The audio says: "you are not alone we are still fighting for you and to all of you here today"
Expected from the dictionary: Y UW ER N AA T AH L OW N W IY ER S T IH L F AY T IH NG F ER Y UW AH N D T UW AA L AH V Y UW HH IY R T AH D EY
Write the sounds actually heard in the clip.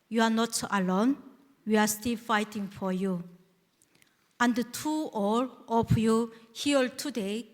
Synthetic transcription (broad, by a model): Y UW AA N AA T AH L OW N W IY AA S T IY L F AY T IH NG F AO Y UW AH N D T UW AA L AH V Y UW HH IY L T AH D EY